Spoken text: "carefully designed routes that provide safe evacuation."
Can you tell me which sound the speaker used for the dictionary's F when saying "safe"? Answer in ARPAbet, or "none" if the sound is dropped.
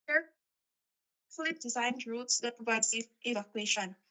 none